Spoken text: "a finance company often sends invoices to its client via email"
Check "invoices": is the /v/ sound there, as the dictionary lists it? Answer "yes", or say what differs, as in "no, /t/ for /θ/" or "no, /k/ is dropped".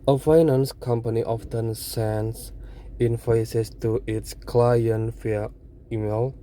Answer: no, /f/ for /v/